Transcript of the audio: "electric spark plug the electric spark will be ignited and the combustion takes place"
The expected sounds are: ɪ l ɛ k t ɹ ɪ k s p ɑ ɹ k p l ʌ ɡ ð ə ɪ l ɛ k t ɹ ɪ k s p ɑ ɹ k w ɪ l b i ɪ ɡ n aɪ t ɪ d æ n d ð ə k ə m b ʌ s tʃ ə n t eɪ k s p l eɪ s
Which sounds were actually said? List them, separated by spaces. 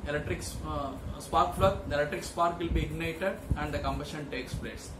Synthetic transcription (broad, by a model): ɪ l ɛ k t ɹ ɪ k s p ɑ ɹ k f l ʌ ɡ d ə ɪ l ɛ k t ɹ ɪ k s p ɑ ɹ k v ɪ l b i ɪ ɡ n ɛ t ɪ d æ n d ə k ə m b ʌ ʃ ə n t eɪ k s p l eɪ s